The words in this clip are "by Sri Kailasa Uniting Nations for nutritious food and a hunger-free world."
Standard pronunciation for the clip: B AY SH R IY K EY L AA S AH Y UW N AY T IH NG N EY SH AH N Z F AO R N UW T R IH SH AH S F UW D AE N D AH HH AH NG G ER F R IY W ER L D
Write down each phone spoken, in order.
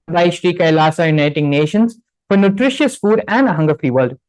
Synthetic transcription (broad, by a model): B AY SH R IY K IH L AA S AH Y UW N AY T IH NG N EY SH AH N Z F AO R N UW T R IH SH AH S F UW D AE N D AH HH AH NG G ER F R IY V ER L D